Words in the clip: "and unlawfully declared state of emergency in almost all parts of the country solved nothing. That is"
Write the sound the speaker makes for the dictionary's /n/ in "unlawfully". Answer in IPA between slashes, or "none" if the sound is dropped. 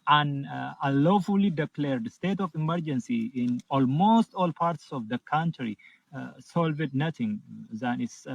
none